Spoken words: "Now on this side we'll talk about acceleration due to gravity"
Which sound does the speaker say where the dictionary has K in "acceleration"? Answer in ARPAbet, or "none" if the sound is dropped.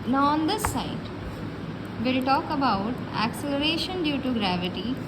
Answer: K